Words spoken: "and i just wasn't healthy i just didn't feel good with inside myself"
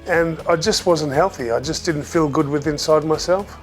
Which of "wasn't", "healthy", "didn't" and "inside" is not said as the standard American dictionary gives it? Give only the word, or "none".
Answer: none